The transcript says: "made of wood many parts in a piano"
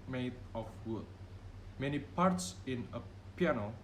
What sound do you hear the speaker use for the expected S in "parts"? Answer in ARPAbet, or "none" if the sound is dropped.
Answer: S